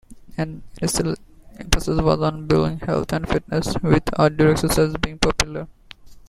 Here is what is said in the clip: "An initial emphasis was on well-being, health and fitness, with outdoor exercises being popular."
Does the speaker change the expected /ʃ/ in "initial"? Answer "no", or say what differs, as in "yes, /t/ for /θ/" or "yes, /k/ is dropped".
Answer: yes, /s/ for /ʃ/